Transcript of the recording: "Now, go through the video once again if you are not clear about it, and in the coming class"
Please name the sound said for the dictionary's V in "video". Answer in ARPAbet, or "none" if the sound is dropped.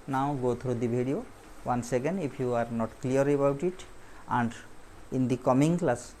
B